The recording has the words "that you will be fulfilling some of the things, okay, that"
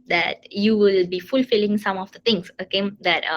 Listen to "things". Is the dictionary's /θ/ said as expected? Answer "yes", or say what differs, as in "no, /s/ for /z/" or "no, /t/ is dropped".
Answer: no, /t/ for /θ/